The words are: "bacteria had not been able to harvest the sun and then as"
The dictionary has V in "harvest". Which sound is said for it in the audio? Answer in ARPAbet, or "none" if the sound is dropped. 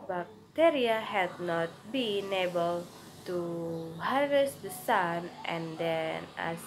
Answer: none